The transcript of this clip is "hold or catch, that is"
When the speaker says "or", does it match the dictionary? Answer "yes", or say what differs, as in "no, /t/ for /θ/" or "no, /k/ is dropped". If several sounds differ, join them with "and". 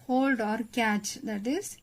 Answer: yes